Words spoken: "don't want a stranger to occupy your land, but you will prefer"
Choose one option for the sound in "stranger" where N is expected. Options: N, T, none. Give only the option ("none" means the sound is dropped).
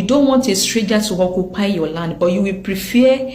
none